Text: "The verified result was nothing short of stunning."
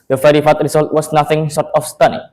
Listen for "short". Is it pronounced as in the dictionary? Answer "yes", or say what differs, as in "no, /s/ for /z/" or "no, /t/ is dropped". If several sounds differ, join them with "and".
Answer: no, /s/ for /ʃ/